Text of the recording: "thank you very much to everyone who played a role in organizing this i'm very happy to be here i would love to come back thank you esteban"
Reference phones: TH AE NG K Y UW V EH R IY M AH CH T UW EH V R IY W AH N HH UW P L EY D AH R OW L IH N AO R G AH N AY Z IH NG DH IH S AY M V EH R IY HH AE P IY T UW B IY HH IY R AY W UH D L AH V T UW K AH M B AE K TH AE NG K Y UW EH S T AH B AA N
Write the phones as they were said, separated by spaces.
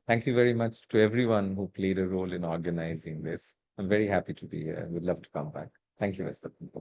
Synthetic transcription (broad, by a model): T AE NG K Y UW V EH R IY M AH CH T UW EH V R IY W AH N HH UW P L EY D AH R OW L IH N AO R G AH N AY Z IH NG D IH S AY M V EH R IY HH AE P IY T UW B IY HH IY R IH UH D L AH V T UW K AH M B AE K T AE NG K Y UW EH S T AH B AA